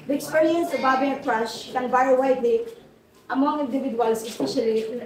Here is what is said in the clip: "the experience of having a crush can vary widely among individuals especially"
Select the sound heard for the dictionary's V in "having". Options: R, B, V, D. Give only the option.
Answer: B